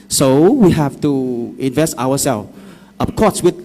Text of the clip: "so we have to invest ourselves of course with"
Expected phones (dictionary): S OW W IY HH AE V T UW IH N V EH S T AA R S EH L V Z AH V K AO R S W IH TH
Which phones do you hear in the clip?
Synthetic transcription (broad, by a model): S OW W IY HH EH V T UW IH N V EH S T AA W S EH L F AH P K AO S W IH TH